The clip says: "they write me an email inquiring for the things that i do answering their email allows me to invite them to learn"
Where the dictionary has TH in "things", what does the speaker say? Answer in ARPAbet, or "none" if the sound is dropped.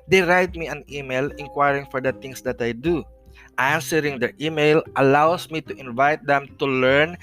T